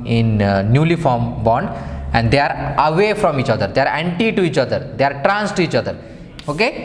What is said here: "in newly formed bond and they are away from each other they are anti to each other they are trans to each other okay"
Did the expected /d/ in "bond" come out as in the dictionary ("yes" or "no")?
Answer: yes